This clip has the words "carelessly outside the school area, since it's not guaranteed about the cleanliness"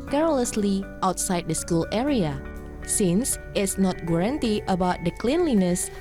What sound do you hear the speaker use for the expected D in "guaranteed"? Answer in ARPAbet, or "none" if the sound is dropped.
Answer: none